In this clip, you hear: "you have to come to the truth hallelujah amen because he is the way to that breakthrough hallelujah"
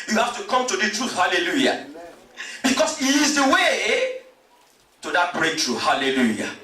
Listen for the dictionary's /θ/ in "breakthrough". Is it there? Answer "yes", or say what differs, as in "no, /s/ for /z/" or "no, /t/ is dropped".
no, /t/ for /θ/